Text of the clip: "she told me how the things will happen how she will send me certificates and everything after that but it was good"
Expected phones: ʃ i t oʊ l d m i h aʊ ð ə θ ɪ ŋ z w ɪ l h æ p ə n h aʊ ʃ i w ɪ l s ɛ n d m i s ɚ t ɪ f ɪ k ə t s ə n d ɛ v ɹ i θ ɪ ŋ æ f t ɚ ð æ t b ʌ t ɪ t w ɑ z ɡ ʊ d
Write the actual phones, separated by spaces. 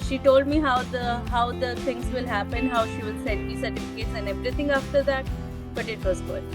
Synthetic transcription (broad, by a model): ʃ i t oʊ l d m i h aʊ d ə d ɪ ŋ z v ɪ l h æ p ə n h aʊ ʃ i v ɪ l s ɛ n d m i s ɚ t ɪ f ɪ k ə t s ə n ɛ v ɹ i t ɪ ŋ æ f t ɚ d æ t b ʌ t ɪ t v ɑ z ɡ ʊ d